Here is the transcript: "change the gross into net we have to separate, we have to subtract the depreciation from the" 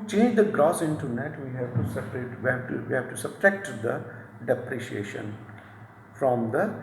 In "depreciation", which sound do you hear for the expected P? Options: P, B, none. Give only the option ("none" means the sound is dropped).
P